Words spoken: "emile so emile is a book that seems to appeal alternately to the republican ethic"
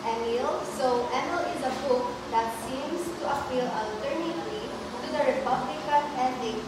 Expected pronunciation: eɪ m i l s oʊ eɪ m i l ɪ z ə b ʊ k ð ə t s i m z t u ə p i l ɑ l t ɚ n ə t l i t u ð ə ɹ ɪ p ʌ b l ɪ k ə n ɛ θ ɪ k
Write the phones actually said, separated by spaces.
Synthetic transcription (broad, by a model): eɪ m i l s oʊ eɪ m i l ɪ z ə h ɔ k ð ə t s i m s t u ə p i l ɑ l t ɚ n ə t l i t u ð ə ɹ ɪ p ʌ b l ɪ k ə n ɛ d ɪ